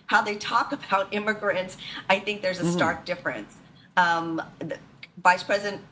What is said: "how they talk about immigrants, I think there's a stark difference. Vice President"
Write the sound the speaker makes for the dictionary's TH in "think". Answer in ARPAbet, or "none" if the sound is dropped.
TH